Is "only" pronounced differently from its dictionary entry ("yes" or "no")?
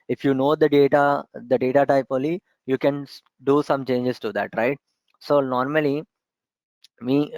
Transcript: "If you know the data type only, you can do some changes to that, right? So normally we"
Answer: yes